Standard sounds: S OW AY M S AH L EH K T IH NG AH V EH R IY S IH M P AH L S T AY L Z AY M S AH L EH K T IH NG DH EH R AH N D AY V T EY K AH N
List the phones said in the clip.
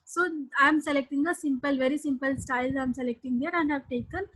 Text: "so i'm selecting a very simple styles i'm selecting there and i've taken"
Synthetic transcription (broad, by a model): S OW AY M S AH L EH K T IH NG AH V EH R IY S IH M P AH L S T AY L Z AY M S AH L EH K T IH NG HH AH R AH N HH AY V T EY K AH N